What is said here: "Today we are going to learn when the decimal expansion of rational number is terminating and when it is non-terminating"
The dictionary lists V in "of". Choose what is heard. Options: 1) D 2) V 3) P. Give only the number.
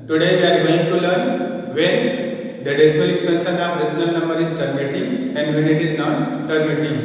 3